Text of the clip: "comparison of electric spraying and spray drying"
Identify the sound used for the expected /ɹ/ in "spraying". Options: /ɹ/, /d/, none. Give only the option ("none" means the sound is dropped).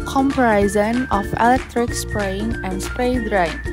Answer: /ɹ/